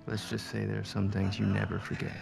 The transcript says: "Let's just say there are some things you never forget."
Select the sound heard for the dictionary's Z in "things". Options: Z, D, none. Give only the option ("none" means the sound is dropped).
Z